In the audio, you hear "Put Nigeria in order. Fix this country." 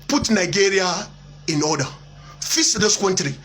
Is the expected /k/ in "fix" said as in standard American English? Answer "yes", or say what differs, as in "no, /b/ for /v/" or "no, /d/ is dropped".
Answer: no, /k/ is dropped